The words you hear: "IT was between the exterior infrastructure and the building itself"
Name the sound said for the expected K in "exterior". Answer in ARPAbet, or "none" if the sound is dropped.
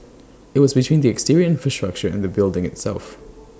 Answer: K